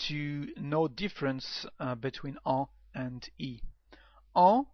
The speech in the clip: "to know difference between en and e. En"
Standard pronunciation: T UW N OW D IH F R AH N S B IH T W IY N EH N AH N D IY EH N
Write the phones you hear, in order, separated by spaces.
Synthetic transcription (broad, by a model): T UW N OW D IH F R AH N S B IH T W IY N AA AH N D IY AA